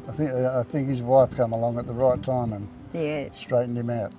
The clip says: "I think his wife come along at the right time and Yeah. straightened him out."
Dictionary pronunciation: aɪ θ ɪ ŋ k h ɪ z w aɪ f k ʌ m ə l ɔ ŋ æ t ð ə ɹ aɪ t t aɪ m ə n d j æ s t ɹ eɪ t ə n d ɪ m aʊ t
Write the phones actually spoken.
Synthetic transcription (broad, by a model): aɪ θ ɪ ŋ k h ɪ z w aɪ f k ʌ m ə l ɔ ŋ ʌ t ð ə ɹ aɪ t t aɪ m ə n j æ s t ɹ eɪ t n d ɪ m aʊ t